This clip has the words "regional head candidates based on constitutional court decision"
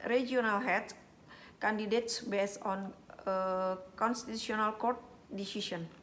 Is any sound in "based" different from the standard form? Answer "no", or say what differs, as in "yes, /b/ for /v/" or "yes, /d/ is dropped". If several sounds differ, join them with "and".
yes, /t/ is dropped